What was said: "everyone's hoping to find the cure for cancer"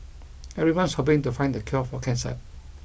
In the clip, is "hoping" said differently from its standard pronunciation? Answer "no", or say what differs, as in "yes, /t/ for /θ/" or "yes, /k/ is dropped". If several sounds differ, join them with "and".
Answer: yes, /b/ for /p/